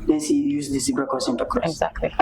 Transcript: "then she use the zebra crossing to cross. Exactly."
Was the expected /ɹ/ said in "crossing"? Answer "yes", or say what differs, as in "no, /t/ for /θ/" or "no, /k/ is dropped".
no, /ɹ/ is dropped